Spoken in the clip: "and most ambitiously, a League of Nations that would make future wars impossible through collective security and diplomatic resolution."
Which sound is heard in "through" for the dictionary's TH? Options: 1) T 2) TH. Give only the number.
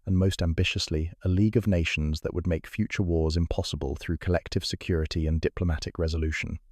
2